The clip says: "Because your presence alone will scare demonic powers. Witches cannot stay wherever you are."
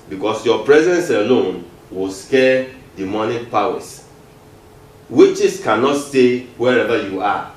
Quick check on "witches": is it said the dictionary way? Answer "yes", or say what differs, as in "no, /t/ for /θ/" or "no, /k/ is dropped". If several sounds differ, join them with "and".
no, /s/ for /z/